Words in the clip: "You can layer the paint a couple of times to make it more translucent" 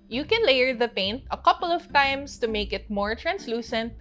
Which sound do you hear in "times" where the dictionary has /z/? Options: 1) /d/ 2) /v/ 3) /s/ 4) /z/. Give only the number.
3